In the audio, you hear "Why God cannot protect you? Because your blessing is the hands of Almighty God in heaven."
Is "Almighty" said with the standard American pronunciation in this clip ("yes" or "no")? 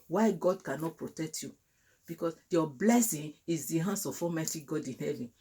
no